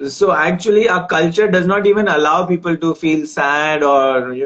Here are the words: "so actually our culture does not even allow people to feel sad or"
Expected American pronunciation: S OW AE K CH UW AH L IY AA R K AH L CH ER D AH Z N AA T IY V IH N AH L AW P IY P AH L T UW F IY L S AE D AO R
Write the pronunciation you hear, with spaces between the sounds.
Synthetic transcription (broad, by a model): S OW AE K CH UW AH L IY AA K AH L CH ER D AH Z N AA T IY V IH N AH L AW P IY P AH L T UW F IY L S AE D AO R